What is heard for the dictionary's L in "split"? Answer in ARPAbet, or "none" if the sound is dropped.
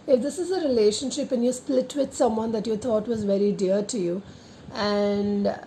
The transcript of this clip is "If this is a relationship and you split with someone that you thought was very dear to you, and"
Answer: L